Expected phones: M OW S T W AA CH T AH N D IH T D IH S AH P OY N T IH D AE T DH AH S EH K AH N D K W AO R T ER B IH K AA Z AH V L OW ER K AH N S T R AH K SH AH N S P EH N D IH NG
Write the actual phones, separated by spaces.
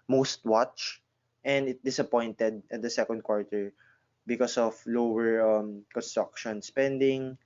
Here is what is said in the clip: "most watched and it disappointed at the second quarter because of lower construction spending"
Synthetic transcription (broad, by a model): M OW S T W AA CH T AH N D IH T D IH S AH P OY N T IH D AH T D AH S EH K AH N D K W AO R T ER B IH K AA S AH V L OW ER K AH N S T R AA K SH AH N S P EH N D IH NG